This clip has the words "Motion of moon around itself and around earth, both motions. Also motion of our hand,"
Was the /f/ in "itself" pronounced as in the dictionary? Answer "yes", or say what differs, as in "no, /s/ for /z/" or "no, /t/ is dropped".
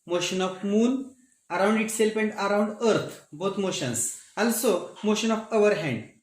no, /p/ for /f/